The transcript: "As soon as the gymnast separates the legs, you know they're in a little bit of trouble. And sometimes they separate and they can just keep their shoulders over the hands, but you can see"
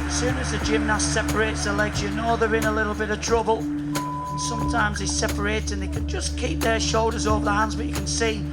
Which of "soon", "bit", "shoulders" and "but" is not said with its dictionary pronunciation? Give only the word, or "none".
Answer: none